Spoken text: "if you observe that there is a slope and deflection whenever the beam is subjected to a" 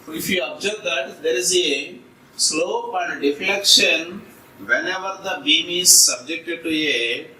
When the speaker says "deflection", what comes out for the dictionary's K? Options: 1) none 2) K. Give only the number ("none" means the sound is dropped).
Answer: 2